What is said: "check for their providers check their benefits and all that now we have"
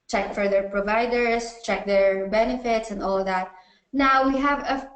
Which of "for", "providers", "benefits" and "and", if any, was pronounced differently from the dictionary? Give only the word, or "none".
providers